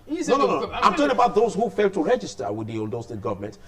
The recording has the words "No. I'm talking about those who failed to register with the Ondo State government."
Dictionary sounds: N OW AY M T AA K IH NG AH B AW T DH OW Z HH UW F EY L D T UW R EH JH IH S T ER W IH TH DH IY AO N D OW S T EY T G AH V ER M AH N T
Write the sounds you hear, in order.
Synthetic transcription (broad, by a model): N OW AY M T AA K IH AH B AW T DH OW Z HH UW F EY L D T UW R EH JH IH S T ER W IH DH IY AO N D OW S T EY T G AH V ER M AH N T